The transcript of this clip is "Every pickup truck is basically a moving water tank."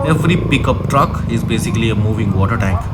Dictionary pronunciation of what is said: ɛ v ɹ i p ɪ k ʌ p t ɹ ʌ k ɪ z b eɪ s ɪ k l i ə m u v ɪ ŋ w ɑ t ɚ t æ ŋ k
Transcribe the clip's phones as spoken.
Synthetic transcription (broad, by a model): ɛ v ɹ i p ɪ k ʌ p t ɹ ʌ k ɪ z b eɪ s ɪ k l i ə m u v ɪ ŋ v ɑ t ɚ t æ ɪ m